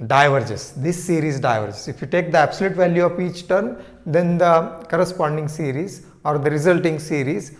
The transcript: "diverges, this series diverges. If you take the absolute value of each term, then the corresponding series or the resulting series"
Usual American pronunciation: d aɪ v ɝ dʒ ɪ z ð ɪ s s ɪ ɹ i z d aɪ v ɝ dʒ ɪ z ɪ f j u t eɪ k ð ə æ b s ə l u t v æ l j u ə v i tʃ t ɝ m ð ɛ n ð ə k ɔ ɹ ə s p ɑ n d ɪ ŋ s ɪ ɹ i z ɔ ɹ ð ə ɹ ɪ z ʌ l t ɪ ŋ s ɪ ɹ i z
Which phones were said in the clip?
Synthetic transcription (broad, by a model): d aɪ v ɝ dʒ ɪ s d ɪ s s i ɹ i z d aɪ v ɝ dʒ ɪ s ɪ f j u t eɪ k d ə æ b s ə l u t v æ l j u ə f i tʃ t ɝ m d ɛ n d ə k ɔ ɹ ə s p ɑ n d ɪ ŋ s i ɹ i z ɔ ɹ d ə ɹ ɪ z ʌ l t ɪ ŋ s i ɹ i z